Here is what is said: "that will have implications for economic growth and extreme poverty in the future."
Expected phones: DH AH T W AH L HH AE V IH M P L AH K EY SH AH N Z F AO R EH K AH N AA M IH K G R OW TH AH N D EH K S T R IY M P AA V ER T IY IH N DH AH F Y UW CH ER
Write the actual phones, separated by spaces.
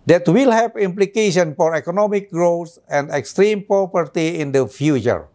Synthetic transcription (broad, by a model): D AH T W AH L HH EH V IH M P L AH K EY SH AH N F AO R EH K AH N AA M IH K G R OW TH AH N D EH K S T R IY M P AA P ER T IY IH N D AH F Y UW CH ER